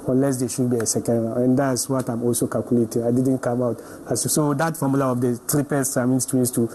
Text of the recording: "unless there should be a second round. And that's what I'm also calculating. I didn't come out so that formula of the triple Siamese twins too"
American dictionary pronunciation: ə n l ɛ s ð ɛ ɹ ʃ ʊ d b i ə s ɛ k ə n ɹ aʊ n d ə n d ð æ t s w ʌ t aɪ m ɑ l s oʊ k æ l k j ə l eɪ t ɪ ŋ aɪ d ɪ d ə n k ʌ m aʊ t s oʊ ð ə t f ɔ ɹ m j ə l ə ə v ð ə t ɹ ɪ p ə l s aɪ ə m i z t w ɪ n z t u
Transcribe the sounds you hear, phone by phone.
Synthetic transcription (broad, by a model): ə n l ɛ s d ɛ ʃ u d b i ə s ɛ k ə n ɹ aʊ ə n d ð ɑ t s w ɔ t aɪ m ɑ l s oʊ k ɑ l k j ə l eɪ t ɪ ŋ aɪ d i d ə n k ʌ m aʊ t s oʊ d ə t f ɔ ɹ m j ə l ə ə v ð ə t ɹ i p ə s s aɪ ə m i s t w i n s t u